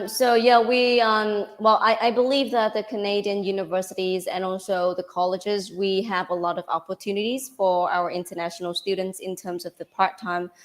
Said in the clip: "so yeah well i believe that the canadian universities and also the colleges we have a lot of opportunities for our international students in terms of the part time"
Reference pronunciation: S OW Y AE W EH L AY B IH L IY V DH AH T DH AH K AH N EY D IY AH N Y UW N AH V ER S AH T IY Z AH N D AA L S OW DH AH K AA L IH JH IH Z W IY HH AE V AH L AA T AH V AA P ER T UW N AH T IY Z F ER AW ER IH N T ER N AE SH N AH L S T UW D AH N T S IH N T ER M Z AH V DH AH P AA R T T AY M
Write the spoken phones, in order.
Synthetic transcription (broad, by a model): S OW Y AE W EH L AY B IH L IY V DH AH T DH AH K AH N EY D IY AH N Y UW N AH V ER S AH T IY Z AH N AA L S OW DH AH K AA L IH JH IH Z W IY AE V AH L AA T AH V AA P ER T UW N AH T IY Z F ER AW ER IH N T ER N AE SH N L S T UW D N T S IH N T ER M Z AH V DH AH P AA R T T AY M